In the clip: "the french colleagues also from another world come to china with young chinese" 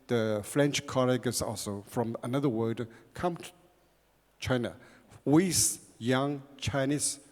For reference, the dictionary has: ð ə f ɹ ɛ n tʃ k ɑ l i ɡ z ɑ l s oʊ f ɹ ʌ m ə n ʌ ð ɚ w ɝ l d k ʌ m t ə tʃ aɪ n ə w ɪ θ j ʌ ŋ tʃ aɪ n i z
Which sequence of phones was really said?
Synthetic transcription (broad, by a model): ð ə f ɹ ɛ n tʃ k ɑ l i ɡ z ɑ l s oʊ f ɹ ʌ m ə n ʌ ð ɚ w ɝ d k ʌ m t tʃ aɪ n ə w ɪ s j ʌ ŋ tʃ aɪ n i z